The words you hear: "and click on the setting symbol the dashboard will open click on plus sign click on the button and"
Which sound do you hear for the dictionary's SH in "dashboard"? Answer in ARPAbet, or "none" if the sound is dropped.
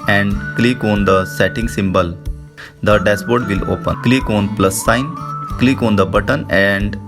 S